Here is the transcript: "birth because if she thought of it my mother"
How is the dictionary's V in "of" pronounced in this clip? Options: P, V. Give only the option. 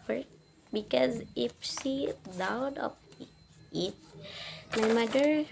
P